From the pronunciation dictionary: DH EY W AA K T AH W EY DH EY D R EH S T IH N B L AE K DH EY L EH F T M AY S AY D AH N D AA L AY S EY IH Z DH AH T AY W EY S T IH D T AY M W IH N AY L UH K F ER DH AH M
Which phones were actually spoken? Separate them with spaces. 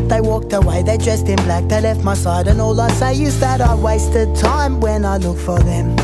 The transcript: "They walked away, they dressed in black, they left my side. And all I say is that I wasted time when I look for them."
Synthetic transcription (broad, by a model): DH EY W AA K T AH W EY DH EY D R EH S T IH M B L AE K DH EY L EH F T M AY S AY D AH N AA L AY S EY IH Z DH AH T AY W EY S T IH D T AY M W IH N AY L UH K F ER DH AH M